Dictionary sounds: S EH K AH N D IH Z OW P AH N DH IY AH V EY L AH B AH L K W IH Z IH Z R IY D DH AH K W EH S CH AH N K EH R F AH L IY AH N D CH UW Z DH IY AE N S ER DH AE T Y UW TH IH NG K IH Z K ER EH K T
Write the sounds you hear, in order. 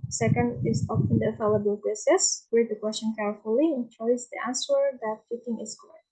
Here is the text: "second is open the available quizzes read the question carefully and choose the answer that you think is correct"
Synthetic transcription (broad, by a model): S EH K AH N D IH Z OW F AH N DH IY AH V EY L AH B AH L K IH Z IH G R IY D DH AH K W EH S CH AH N K EH R F AH L IY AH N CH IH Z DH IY AE N S ER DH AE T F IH T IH NG IH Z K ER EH